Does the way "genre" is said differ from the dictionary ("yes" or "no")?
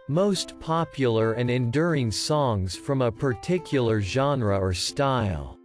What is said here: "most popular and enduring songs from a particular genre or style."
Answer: no